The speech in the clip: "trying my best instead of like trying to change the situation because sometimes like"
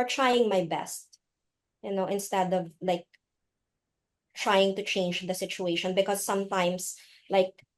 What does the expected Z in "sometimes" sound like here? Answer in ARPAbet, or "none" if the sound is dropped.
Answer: S